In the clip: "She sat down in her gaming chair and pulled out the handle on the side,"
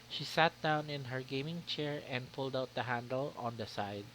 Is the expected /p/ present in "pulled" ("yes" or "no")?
yes